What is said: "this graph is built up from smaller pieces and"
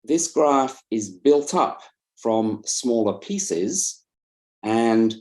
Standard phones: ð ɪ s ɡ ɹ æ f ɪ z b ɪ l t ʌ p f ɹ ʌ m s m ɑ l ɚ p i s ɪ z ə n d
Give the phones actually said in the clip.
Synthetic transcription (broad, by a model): ð ɪ s ɡ ɹ æ f ɪ z b ɪ l t ʌ p f ɹ ʌ m s m ɑ l ɚ p i s ɪ z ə n